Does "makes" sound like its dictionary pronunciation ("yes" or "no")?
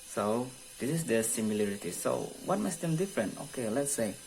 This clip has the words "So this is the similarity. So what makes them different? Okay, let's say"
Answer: no